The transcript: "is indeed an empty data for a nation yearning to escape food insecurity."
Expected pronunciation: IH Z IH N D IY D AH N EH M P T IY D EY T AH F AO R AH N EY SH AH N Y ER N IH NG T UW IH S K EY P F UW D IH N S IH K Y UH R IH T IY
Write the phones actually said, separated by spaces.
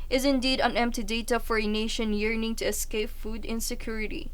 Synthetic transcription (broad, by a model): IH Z IH N D IY D AH N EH M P T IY D EY T AH F AO R AH N EY SH AH N Y ER N IH NG T UW IH S K EY P F UW D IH N S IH K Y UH R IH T IY